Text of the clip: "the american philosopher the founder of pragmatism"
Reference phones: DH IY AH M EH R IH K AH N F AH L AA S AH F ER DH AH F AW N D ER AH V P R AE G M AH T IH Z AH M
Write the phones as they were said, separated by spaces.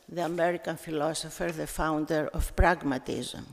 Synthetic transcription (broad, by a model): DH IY AH M EH R IH K AH N F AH L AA S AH F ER DH AH F AW N D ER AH F P R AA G M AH T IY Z M